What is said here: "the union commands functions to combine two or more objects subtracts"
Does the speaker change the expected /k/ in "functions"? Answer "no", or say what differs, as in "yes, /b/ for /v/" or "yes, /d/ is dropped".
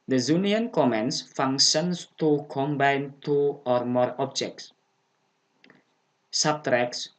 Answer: yes, /k/ is dropped